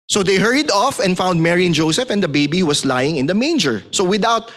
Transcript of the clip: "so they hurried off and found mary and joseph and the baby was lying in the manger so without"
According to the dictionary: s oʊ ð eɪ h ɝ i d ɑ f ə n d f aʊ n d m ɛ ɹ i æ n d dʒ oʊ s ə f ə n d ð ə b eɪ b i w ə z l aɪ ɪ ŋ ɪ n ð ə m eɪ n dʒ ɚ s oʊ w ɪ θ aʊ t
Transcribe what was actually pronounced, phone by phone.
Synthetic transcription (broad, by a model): s oʊ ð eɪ h ɝ i d ɑ f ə n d f aʊ n d m ɛ ɹ i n dʒ oʊ s ə f ə n d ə b eɪ b i w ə s l aɪ ɪ ŋ ɪ n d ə m eɪ n dʒ ɚ s oʊ w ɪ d aʊ t